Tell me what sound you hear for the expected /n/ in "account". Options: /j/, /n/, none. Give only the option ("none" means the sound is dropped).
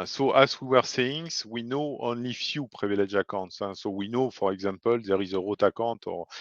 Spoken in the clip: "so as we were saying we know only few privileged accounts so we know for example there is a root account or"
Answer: none